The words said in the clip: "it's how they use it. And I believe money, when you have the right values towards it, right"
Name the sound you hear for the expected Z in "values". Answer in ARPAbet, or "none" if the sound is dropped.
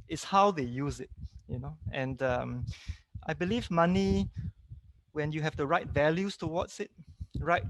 S